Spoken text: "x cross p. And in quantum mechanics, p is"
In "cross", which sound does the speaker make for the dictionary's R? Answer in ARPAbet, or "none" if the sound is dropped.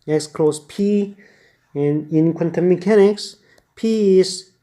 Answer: L